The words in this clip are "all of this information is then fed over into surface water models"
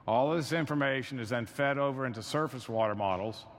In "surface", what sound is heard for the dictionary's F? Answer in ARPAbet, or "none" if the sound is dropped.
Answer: F